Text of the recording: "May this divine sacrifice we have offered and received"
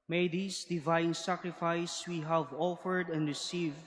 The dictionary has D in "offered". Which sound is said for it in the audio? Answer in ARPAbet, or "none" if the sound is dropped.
D